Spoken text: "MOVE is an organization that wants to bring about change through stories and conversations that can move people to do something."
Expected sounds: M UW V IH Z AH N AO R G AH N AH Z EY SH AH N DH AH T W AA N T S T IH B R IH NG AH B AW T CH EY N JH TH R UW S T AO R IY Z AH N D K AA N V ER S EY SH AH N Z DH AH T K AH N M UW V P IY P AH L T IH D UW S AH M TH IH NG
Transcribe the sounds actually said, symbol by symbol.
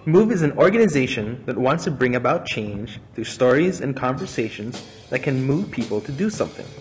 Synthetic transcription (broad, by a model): M UW V IH Z N AO R G AH N AH Z EY SH AH N DH AH T W AA N T S T IH B R IH NG AH B AW T CH EY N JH TH R UW S T AO R IY Z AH N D K AA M V ER S EY SH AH N Z DH AH T K AH N M UW V P IY P L T IH D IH S AH M TH IH NG